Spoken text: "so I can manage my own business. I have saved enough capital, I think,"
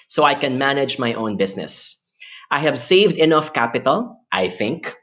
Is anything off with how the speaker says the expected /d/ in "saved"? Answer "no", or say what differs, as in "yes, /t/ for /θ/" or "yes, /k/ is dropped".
no